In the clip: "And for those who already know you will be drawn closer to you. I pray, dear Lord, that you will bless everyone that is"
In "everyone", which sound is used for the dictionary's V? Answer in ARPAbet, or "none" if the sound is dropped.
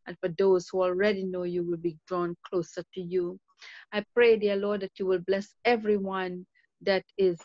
V